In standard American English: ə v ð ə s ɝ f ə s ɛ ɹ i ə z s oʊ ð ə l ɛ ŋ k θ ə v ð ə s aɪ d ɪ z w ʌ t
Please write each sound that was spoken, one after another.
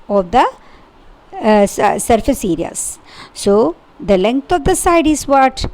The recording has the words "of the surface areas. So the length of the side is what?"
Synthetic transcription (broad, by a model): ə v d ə s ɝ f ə s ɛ ɹ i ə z s oʊ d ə l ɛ ŋ k t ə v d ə s aɪ d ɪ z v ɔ t